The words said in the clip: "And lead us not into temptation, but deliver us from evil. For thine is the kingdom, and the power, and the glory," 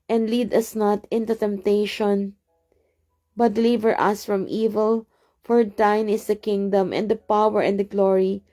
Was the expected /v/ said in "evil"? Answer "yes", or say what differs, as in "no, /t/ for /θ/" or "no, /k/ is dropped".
yes